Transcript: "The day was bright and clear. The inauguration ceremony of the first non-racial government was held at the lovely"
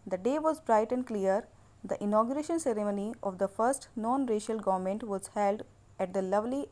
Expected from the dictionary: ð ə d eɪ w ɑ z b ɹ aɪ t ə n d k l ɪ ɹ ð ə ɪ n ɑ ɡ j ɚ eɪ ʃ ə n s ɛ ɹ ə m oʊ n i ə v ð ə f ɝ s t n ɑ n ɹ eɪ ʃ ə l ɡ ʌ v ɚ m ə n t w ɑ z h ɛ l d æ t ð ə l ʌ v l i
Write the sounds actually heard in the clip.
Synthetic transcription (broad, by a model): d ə d eɪ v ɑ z b ɹ aɪ t ə n d k l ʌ ɹ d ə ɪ n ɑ ɡ j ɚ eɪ ʃ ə n s ɛ ɹ ə m oʊ n i ə v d ə f ɝ s t n ɑ n ɹ eɪ ʃ ə l ɡ ʌ v ɚ m ə n t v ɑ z h ɛ l d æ t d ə l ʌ v l i